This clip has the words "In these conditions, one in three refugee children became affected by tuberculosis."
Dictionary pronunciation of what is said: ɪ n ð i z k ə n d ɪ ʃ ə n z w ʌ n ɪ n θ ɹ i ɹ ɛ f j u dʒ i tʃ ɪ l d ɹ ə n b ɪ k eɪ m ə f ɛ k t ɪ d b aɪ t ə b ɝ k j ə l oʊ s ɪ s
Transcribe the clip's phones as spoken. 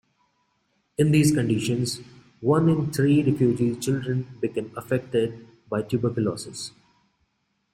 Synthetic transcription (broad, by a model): ɪ n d i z k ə n d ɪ ʃ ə n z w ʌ n ɪ n t ɹ i ɹ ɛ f j u dʒ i tʃ ɪ l d ɹ ə n b ɪ k eɪ m ə f ɛ k t ɪ d b aɪ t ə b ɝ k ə l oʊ s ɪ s